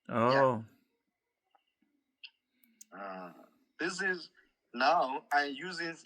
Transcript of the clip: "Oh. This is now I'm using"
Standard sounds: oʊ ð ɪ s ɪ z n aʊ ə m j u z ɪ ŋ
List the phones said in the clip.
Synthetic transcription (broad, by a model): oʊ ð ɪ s ɪ z n aʊ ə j j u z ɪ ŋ